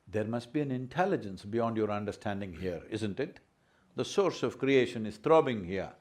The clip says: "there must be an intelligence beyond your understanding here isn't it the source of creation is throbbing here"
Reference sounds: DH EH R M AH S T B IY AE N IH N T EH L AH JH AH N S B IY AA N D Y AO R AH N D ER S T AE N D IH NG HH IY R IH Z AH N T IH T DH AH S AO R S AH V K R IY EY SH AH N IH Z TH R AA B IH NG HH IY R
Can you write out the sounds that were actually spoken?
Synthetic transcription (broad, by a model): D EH R M AH S T B IY AE N IH N T EH L AH JH AH N S B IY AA N D Y AO R AH N D ER S T AE N D IH NG HH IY R IH Z AH N T IH T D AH S AO R S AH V K R IY EY SH AH N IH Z T R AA B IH NG HH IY R